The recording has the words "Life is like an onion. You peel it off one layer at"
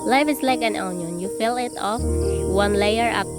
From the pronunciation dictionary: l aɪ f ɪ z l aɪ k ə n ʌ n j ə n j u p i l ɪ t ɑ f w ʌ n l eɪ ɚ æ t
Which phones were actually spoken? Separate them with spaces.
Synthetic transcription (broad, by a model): l aɪ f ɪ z l aɪ k ə n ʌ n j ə n j u f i l ɪ t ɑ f w ʌ n l eɪ ɚ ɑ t